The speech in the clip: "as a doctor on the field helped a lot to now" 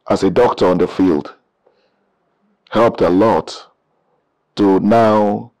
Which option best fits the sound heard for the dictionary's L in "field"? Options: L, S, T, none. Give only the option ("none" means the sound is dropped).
L